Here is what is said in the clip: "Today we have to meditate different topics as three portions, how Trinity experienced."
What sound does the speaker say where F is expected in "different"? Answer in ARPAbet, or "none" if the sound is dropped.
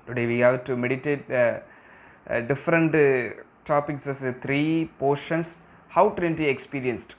F